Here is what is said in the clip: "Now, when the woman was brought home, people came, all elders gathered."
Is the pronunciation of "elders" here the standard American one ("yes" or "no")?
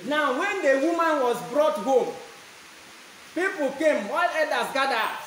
no